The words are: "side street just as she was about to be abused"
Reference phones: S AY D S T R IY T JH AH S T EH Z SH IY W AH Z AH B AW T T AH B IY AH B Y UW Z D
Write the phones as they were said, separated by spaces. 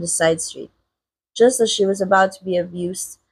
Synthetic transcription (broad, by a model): S AY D S T R IY T JH AH S T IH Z SH IY W AH Z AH B AW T T AH B IY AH B Y UW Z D